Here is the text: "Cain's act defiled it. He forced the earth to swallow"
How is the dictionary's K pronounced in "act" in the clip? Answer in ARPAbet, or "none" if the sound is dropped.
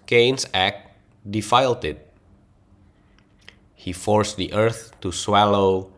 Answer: K